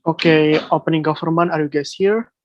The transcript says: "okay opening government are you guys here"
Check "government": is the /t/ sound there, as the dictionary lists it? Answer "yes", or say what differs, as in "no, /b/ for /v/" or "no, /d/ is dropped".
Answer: no, /t/ is dropped